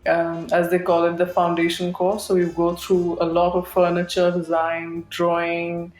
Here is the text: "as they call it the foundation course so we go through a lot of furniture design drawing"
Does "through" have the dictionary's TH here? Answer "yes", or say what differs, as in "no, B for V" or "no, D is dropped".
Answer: no, T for TH